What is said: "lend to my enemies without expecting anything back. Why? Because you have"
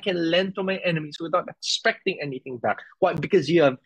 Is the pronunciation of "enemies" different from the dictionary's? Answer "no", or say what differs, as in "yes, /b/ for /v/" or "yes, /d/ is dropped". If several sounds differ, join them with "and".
yes, /s/ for /z/